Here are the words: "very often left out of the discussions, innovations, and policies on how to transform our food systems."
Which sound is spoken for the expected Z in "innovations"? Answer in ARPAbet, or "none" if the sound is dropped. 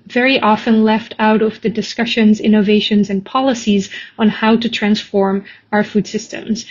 Z